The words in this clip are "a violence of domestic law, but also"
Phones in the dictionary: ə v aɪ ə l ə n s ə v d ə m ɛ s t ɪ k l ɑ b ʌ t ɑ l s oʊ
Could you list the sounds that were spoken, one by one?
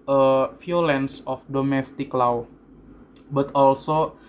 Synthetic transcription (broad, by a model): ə f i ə l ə n s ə f d ə m ɛ s t ɪ k l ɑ b ʌ t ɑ l s oʊ